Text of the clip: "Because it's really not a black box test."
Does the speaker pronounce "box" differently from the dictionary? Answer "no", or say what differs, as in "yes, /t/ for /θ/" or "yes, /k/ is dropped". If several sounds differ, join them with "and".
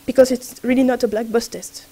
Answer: yes, /k/ is dropped